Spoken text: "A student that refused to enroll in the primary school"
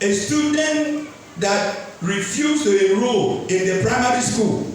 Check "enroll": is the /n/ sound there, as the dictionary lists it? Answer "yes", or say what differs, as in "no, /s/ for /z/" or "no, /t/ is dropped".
no, /n/ is dropped